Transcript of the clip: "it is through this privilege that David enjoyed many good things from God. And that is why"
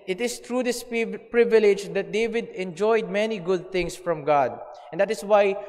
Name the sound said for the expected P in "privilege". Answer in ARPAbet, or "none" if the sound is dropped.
P